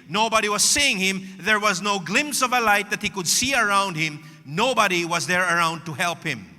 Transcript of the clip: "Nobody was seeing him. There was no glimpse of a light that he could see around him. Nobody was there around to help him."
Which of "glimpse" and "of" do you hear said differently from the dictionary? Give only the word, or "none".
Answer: none